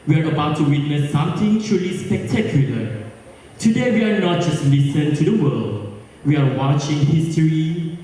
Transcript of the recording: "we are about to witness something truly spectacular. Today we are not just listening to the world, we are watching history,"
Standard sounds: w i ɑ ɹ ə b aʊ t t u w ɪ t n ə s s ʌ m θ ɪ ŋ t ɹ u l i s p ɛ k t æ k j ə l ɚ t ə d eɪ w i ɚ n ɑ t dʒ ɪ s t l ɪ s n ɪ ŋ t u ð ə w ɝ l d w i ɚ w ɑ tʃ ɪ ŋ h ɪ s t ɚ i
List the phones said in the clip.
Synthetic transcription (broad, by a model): w i ɑ ɹ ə b aʊ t t u w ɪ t n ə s s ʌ m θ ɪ ŋ t ɹ u l i s p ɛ k t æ k j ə l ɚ t ə d eɪ w i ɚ n ɑ t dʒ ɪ s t l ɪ s ɪ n t u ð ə w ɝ l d w i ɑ w ɑ tʃ ɪ ŋ h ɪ s t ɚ i